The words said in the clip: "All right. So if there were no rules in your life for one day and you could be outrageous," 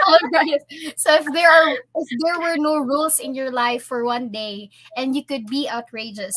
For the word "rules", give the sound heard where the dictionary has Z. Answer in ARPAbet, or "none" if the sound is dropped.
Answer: S